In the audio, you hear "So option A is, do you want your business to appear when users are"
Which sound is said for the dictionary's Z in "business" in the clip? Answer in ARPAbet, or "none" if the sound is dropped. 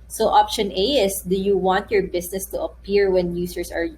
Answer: S